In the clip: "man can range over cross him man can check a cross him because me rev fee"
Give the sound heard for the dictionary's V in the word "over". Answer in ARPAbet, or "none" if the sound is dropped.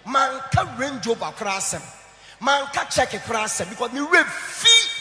B